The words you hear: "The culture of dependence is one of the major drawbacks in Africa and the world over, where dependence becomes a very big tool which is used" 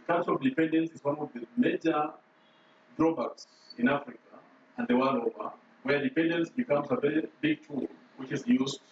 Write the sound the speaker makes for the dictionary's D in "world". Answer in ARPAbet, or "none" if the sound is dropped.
none